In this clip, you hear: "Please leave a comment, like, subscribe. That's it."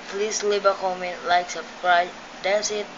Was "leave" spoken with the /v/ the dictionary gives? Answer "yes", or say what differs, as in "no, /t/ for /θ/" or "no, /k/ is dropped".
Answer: no, /b/ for /v/